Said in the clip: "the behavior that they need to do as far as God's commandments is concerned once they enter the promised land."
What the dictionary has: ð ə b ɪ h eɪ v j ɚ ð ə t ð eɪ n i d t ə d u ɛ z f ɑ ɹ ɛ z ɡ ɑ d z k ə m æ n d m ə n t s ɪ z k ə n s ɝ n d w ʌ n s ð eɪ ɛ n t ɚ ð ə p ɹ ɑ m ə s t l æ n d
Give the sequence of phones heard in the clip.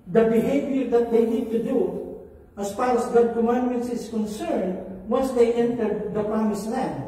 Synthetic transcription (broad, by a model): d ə b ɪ h eɪ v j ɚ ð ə t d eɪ n i d t ə d u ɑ s f ɑ ɹ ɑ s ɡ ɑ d k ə m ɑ n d m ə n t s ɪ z k ə n s ɝ n d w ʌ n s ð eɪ ɛ n t ɚ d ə p ɹ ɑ m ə s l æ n